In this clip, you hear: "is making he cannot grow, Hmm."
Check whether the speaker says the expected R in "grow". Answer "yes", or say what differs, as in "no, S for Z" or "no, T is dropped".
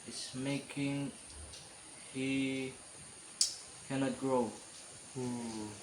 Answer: yes